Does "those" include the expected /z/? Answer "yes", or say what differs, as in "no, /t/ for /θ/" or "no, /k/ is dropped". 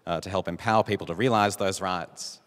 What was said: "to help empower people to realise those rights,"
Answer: yes